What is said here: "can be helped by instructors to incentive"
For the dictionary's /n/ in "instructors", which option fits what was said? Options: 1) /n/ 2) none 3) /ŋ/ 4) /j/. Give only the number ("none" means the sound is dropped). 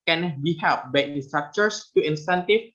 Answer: 2